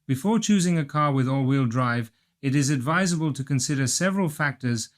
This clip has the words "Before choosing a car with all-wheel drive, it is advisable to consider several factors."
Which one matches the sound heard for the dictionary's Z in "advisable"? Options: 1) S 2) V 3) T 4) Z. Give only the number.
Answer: 4